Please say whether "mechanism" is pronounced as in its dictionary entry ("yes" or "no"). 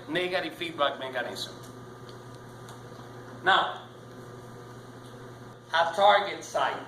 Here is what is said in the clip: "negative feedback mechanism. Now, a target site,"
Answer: no